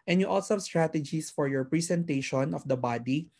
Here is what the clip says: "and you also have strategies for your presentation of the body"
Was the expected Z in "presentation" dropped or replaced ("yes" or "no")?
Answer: yes